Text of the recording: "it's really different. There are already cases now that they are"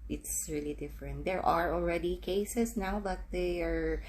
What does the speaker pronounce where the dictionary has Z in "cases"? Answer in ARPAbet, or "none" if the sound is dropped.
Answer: S